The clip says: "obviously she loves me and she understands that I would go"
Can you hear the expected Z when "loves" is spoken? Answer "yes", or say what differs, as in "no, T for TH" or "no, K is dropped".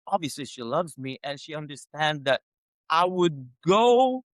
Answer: yes